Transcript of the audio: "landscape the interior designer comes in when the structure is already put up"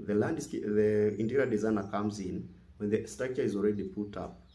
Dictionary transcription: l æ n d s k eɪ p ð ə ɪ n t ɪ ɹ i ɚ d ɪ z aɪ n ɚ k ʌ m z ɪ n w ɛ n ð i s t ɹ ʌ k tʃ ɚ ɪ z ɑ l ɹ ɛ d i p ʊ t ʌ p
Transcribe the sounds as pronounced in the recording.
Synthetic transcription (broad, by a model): l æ n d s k ð ə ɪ n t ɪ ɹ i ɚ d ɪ z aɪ n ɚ k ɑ m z ɪ n w ɛ n ð i s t ɑ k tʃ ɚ ɪ z ɑ l ɹ ɛ d i p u t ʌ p